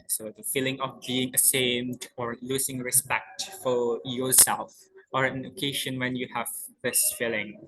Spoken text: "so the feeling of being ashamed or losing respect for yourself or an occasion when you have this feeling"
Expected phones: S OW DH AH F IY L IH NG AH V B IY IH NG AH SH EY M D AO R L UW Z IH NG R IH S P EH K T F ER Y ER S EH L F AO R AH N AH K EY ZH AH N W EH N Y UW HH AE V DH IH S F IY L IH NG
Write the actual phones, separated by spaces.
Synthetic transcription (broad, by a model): S OW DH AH F IY L IH NG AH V B IY IH NG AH S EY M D AO R L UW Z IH NG R IH S P EH K T F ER Y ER S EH L F AO R AH N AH K EY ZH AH N W EH N Y UW HH AE V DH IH S F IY L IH NG